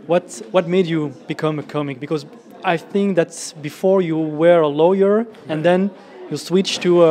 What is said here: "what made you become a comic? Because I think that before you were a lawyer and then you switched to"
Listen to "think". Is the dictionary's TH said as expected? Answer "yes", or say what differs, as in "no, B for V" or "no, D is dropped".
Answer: yes